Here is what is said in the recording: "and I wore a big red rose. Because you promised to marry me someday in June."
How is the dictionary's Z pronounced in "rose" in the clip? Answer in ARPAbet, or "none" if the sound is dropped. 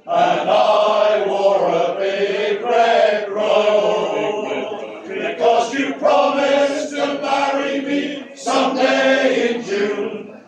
none